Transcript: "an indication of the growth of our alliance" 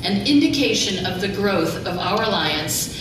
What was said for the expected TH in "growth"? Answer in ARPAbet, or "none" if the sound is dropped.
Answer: TH